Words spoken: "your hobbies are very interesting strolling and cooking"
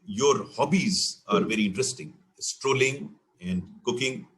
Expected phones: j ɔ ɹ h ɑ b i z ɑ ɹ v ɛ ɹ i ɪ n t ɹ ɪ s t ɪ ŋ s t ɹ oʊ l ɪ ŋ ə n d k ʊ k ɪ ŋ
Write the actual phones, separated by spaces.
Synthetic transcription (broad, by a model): j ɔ ɹ h ɑ b i z ɑ ɹ v ɛ ɹ i ɪ n t ɹ ɪ s t ɪ ŋ s t ɹ oʊ l ɪ ŋ ə n d k ʊ k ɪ ŋ